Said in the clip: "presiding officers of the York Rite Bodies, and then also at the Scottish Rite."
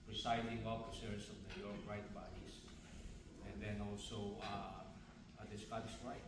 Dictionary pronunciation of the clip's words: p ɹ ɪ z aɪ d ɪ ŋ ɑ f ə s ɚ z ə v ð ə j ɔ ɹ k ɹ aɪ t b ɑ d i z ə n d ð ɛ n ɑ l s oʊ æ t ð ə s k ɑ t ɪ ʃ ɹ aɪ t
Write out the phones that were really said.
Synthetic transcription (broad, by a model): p ɹ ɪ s aɪ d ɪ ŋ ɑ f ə s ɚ s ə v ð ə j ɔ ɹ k ɹ aɪ t b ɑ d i s ə n d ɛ n ɑ l s oʊ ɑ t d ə s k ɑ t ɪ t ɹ aɪ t